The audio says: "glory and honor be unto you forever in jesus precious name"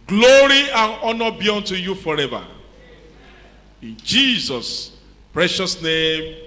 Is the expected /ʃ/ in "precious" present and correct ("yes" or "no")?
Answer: yes